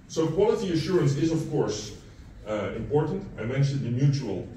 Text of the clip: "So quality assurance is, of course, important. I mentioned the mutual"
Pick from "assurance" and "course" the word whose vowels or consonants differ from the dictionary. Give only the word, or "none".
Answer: none